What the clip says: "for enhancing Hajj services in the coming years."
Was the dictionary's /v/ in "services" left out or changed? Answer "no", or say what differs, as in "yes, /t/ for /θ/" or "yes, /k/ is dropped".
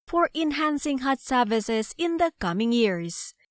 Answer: no